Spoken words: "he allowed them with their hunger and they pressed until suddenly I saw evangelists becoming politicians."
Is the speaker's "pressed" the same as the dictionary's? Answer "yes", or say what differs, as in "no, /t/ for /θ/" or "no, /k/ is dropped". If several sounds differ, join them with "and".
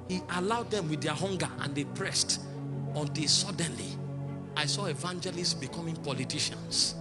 yes